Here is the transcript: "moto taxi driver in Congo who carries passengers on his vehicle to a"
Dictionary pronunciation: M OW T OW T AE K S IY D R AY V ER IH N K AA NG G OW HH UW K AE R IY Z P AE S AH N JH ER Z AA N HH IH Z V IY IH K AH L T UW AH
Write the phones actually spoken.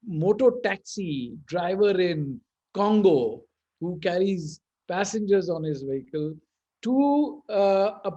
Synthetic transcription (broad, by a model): M OW T OW T AE K S IY D R AY V ER IH N K AA NG G OW HH UW K AE R IY Z P AE S AH N JH ER Z AA N HH IH Z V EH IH K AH L T UW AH